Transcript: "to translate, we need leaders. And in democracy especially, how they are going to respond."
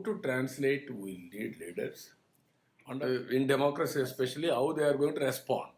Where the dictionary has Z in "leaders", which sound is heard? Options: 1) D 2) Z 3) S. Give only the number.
3